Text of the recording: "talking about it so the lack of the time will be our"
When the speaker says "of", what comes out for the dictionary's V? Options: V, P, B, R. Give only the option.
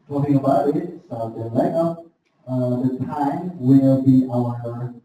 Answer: P